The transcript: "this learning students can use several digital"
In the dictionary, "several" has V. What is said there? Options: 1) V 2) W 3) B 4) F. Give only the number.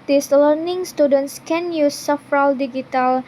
4